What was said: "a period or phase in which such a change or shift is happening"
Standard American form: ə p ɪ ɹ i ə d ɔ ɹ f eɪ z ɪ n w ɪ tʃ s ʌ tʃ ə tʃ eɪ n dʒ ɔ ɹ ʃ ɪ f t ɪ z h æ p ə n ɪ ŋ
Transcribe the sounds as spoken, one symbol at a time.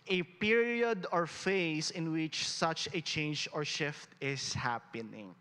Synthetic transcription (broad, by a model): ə p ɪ ɹ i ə d ɔ ɹ f eɪ s ɪ n w ɪ tʃ s ʌ tʃ ə tʃ eɪ n dʒ ɔ ɹ ʃ ɪ f t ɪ s h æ p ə n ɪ ŋ